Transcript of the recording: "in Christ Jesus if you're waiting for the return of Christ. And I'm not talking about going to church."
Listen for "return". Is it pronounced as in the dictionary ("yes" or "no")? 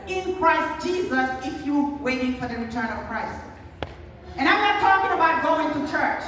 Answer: yes